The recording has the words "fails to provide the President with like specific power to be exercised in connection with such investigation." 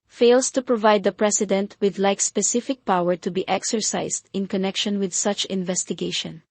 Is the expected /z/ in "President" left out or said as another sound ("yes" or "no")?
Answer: yes